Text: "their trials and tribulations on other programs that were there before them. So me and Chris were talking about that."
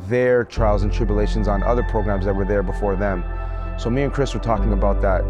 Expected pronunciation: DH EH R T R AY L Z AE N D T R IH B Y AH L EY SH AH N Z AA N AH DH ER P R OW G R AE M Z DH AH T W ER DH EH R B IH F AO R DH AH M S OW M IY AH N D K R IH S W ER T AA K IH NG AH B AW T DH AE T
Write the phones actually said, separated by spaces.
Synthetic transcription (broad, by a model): DH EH R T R AY L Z N T R IH B Y AH L EY SH AH N Z N AH DH ER P R OW G R AE M Z DH AH T W ER DH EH R B IH F AO R DH AH M S OW M IY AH N K R IH S W ER T AA K IH NG AH B AW T DH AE T